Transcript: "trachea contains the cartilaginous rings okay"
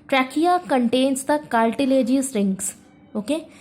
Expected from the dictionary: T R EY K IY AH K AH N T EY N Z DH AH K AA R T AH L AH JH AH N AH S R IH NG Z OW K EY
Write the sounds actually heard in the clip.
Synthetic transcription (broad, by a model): T R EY K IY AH K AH N T EY N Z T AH K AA L T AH L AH JH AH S R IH NG S OW K EY